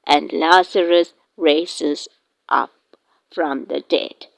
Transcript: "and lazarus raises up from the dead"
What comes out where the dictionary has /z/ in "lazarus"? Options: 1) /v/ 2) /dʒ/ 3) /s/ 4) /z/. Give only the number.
3